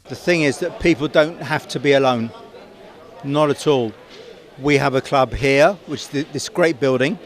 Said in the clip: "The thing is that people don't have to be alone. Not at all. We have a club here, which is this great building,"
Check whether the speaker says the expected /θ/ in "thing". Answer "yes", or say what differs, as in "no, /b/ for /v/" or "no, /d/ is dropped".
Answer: yes